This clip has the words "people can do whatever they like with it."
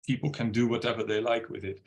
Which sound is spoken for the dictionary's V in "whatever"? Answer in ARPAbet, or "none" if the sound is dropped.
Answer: V